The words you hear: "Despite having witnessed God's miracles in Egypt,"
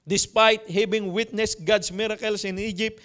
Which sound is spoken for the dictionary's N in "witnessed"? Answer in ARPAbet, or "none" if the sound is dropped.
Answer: N